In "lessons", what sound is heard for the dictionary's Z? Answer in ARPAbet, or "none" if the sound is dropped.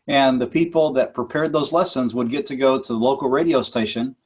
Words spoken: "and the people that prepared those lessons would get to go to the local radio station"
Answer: Z